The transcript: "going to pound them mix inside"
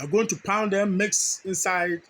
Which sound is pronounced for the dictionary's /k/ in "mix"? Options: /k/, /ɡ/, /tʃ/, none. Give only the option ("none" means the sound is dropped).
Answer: /k/